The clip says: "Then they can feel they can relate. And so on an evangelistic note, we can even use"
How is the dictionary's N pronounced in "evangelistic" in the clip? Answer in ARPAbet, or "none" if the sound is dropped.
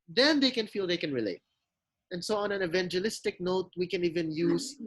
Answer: N